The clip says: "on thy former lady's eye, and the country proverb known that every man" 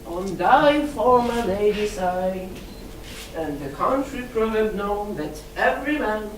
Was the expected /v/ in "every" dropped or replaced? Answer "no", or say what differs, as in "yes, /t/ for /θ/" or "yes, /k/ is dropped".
no